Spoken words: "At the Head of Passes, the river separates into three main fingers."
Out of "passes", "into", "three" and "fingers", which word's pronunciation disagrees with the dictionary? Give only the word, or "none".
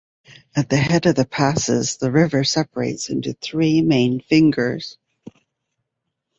none